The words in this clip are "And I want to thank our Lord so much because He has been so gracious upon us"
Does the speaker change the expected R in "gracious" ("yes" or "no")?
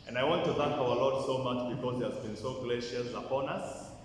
yes